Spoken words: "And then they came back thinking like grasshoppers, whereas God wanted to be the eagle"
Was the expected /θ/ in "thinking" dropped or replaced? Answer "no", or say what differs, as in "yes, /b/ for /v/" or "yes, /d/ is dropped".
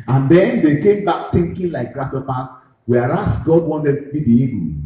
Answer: yes, /t/ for /θ/